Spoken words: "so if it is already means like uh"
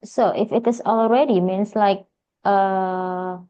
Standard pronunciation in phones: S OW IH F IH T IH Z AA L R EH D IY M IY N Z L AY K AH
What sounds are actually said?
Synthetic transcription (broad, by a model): S OW IH F IH T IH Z AA L R EH D IY M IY N S L AY K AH